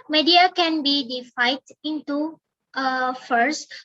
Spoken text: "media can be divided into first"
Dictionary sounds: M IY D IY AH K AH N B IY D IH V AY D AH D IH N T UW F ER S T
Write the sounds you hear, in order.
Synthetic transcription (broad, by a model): M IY D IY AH K AH N B IY D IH F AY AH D IH N T UW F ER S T